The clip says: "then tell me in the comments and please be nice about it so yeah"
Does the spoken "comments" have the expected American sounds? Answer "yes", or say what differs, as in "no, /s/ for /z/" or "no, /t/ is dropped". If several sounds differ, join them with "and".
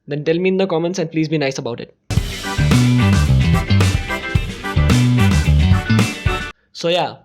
yes